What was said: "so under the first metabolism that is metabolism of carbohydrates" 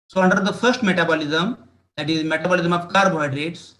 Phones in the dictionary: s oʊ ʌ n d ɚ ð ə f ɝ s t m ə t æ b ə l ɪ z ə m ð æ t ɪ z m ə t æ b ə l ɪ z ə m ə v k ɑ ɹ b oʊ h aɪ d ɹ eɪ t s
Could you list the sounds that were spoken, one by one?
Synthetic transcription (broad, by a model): s oʊ ʌ n d ɚ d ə f ɝ s t m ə t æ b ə l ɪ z ə m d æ t ɪ z m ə t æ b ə l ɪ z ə m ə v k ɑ ɹ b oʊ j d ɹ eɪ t s